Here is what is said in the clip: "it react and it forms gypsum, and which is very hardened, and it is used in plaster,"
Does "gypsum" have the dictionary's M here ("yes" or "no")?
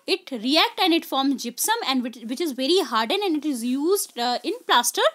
yes